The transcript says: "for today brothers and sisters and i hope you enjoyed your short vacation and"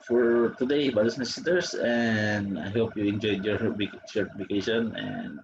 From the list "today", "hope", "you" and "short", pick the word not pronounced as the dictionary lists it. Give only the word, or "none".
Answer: short